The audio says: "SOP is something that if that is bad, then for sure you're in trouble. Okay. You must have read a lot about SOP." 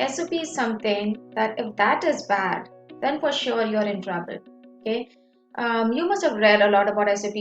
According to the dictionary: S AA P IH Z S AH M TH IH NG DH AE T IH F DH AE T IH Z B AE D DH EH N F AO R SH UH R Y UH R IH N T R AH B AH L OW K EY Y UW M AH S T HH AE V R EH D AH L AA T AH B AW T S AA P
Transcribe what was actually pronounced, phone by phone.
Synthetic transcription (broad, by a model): S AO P IH Z S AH M T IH NG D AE T IH F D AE T IH Z B AE D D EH N F AO R SH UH R Y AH R IH N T R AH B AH L OW K EY Y UW M AH S T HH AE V R EH D AH L AA T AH B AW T S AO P